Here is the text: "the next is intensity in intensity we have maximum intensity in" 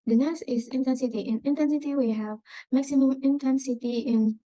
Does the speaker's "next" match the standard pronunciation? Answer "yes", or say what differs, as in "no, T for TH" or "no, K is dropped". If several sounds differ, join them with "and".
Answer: no, K is dropped